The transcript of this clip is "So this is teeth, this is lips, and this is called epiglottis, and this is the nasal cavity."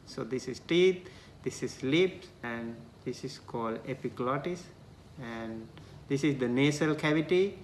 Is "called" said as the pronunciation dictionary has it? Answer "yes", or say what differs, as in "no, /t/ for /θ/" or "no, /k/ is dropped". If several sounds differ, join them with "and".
yes